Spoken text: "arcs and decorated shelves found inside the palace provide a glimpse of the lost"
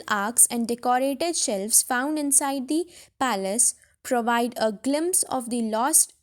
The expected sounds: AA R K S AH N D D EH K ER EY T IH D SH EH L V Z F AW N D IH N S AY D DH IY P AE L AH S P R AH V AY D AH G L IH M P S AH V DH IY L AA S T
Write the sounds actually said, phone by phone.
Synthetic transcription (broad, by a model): AA R K S AH N D D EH K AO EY T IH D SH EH L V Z F AW N D IH N S AY D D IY P AE L AH S P R AH V AY D AH G L IH M P S AH V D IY L AA S T